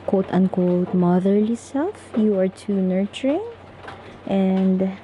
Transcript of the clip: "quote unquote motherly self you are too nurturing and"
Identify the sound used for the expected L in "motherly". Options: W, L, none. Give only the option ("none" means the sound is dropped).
L